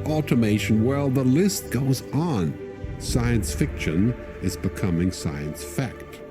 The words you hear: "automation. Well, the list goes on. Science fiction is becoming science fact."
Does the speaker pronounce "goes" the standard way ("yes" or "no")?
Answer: yes